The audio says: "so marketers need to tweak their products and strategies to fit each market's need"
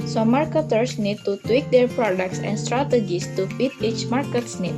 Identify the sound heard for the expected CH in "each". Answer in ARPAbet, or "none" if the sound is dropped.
CH